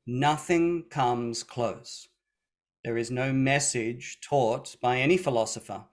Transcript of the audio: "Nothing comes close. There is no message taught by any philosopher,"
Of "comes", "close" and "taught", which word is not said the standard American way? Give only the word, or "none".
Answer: none